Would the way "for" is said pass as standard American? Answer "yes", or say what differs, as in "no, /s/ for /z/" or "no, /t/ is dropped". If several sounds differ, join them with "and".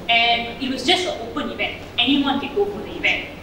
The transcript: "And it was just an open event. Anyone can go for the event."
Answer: no, /p/ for /f/